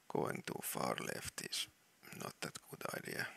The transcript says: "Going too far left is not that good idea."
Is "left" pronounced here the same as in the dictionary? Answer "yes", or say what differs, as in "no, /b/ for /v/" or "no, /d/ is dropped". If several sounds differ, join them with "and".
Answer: yes